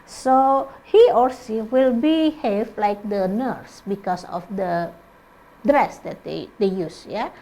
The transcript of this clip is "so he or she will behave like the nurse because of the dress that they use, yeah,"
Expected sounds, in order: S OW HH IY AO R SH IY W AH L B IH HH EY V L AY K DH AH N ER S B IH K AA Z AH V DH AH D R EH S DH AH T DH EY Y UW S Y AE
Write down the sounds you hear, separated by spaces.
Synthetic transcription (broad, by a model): S OW HH IY AO R S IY W AH L B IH HH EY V L AY K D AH N ER S B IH K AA S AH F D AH D R EH S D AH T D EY Y UW S Y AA